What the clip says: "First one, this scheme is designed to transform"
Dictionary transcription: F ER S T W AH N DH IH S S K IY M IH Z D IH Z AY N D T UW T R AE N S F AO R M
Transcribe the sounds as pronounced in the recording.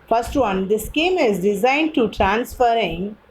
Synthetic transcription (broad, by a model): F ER S T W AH N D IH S S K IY M IH Z D IH Z AY N D T UW T R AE N S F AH R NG